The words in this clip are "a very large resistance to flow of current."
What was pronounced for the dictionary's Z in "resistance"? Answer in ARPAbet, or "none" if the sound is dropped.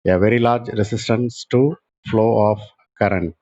S